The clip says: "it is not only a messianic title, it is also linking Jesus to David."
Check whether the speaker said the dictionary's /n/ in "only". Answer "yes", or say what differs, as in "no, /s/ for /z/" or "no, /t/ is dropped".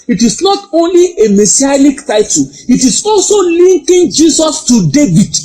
yes